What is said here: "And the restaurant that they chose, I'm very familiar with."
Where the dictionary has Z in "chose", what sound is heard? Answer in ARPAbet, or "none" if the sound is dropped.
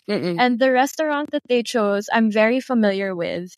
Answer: Z